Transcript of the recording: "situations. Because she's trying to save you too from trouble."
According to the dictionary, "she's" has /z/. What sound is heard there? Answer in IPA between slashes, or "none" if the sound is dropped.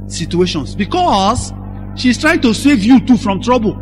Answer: /s/